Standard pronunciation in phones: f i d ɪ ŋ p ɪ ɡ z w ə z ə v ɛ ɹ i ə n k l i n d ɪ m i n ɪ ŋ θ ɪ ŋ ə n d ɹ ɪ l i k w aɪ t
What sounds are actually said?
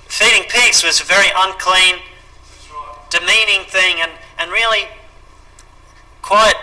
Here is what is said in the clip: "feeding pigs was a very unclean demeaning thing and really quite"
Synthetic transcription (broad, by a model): f i d ɪ ŋ p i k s w ə z ə v ɛ ɹ i ə n k l i n d ɪ m i n ɪ ŋ θ ɪ ŋ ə n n ɹ ɪ l i k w aɪ t